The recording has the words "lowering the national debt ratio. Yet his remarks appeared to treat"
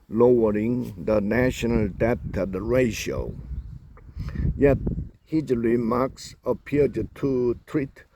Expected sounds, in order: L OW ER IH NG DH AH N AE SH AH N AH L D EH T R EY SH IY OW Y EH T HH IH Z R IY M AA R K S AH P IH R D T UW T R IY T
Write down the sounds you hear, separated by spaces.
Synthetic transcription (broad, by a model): L OW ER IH NG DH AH N AE SH AH N AH L D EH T R EY SH IY OW Y EH T HH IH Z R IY M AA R K S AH P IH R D T UW T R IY T